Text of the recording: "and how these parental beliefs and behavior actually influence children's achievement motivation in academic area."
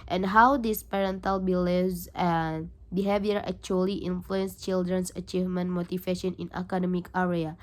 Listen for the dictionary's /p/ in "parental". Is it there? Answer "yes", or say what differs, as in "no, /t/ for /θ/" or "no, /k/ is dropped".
yes